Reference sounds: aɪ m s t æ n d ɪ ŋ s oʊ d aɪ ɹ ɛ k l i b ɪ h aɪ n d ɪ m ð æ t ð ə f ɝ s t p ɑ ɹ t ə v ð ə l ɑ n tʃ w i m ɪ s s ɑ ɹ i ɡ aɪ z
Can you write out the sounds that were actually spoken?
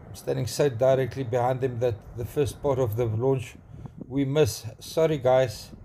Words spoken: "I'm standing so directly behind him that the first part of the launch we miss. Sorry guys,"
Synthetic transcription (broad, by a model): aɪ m s t æ n d ɪ ŋ s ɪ d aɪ ɹ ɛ k l i b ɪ h aɪ n d ɪ m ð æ t ð ə f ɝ s t p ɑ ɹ t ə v ð ə l ɑ n tʃ w i m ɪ s s ɑ ɹ i ɡ aɪ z